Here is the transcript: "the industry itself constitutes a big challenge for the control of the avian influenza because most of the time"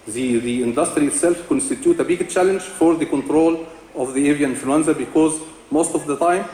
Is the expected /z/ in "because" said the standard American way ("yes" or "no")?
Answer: yes